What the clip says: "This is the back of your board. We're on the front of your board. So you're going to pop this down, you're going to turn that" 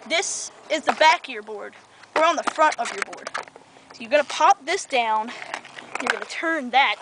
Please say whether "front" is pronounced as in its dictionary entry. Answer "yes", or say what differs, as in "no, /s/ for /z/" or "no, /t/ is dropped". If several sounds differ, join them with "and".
yes